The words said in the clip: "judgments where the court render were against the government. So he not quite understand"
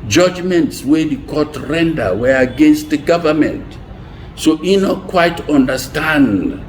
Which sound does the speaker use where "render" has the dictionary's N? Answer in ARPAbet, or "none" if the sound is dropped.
N